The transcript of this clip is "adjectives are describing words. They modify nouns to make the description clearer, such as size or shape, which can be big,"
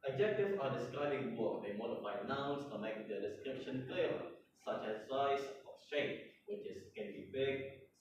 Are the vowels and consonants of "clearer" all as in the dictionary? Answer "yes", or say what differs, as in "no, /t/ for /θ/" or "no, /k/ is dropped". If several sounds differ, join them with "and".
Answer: no, /l/ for /ɹ/